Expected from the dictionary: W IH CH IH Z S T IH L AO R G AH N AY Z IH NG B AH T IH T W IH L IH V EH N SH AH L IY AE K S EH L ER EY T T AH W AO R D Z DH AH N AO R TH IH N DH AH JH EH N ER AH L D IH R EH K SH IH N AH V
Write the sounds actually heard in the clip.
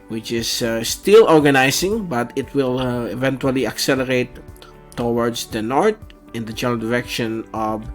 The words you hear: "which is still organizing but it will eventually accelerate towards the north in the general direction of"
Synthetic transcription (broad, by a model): W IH CH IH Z S T IH L AO R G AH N AY S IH NG B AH T IH T W IH L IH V EH N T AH L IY AE K S EH L ER EY T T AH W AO R D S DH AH N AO R T IH N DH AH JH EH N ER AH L D IH R EH K SH IH N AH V